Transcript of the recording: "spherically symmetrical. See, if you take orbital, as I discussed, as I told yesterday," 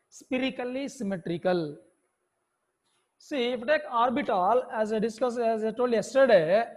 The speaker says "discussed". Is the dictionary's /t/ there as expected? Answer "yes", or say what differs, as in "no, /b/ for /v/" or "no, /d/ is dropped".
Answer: no, /t/ is dropped